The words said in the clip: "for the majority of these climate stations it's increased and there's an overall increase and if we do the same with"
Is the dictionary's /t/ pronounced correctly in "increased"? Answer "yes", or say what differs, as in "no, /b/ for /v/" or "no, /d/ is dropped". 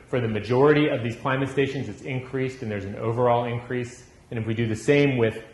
yes